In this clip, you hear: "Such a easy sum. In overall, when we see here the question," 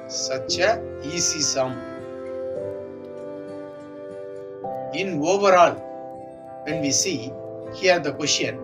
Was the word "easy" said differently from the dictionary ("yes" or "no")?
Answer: yes